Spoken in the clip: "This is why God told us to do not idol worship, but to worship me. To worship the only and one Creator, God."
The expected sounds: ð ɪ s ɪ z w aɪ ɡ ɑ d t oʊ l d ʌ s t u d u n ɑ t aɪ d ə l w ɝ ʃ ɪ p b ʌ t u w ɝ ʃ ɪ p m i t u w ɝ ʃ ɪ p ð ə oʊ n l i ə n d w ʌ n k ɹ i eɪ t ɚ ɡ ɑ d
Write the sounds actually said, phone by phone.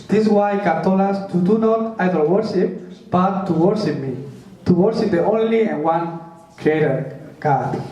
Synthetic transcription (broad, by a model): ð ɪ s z w aɪ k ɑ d t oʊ l ɑ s t u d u n ɑ t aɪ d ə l w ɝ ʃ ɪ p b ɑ t u w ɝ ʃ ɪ p m i t u w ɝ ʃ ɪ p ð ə oʊ n l i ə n w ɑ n k ɹ i eɪ t ɚ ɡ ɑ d